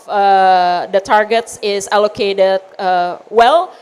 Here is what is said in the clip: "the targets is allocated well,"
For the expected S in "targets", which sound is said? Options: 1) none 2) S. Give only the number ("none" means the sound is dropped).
2